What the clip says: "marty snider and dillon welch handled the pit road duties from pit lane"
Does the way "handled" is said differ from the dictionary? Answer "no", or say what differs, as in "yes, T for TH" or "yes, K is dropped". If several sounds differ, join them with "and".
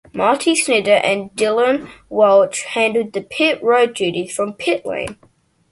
yes, L is dropped